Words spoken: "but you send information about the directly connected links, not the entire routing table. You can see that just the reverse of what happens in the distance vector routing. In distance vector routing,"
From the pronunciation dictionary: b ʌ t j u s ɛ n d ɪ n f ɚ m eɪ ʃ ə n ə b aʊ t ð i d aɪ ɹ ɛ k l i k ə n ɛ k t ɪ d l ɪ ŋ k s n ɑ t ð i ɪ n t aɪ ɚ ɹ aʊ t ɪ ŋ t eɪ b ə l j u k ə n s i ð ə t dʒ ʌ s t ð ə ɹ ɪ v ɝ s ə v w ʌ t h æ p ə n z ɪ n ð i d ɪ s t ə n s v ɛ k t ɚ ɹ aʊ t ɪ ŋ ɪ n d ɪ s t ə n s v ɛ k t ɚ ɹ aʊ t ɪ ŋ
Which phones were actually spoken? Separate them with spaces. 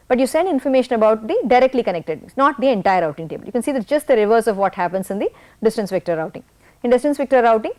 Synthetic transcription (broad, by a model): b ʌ t j u s ɛ n d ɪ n f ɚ m eɪ ʃ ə n ə b aʊ t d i d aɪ ɹ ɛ k l i k ə n ɛ k t ɪ d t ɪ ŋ s n ɑ t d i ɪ n t aɪ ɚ ɹ aʊ t ɪ ŋ t eɪ b ə l j u k ə n s i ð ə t dʒ ʌ s t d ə ɹ ɪ v ɝ s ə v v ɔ t h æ p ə n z ɪ n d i d ɪ s t ə n s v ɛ k t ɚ ɹ aʊ t ɪ ŋ ɪ n d ɪ s t ə n s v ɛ k t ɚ ɹ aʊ t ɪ ŋ